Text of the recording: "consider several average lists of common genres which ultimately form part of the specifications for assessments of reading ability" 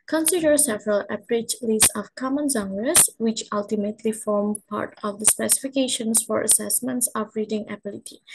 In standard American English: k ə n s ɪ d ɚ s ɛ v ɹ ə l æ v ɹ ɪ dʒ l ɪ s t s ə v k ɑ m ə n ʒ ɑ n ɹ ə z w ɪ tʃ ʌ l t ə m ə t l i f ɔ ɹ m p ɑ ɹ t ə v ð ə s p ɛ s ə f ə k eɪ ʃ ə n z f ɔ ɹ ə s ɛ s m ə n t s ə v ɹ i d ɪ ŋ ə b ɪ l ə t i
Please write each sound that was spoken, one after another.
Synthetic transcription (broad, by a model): k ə n s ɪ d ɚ s ɛ v ɹ ə l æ p ɹ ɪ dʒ l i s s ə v k ɑ m ə n z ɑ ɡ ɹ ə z w ɪ tʃ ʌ l t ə m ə t l i f ɔ ɹ m p ɑ ɹ t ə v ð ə s p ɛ s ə f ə k eɪ ʃ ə n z f ɔ ɹ ə s ɛ s m ə n t s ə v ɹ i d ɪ ŋ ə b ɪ l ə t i